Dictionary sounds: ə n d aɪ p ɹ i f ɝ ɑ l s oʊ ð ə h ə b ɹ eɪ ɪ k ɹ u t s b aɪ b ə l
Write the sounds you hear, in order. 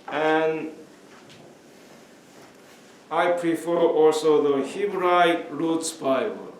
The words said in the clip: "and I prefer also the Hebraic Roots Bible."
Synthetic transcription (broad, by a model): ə n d aɪ p ɹ i f ɝ ɑ l s oʊ ð ə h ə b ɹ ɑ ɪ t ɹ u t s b aɪ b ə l